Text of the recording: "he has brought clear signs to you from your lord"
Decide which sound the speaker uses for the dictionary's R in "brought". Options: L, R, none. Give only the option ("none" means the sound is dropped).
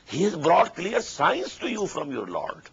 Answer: R